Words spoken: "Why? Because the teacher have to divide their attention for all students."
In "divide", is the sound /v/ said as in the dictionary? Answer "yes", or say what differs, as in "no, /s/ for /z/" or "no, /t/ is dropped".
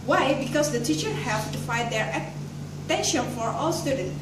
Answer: no, /f/ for /v/